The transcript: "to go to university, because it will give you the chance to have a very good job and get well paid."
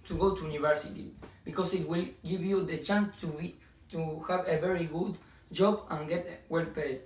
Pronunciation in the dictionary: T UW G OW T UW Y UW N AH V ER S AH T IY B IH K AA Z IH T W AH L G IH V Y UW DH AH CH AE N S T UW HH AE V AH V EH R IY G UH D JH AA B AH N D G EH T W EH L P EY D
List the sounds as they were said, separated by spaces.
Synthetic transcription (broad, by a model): T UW G OW T UW Y UW N AH V ER S AH T IY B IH K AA S IH T W AH L G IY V Y UW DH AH CH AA N S T UW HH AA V AH V EH R IY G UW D JH AA B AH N G EH T W EH L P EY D